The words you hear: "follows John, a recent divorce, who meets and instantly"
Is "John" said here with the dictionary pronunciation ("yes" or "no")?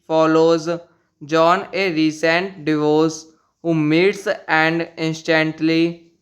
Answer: yes